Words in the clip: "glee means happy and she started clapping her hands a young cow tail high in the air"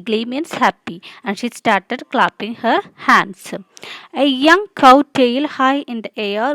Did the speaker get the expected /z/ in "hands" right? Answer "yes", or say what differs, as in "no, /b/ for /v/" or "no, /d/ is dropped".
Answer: no, /s/ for /z/